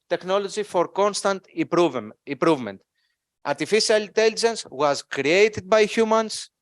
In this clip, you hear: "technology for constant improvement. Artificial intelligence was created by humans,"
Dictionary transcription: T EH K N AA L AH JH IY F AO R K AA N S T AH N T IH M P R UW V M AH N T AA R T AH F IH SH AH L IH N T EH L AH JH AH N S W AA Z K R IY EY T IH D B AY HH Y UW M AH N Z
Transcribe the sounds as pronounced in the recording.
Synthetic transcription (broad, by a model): T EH K N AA L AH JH IY F AO R K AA N S T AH N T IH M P R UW V M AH N T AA R T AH F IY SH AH L IH N T EH L AH JH AH N S W AA Z K R IY EY T IH D B AY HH Y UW M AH N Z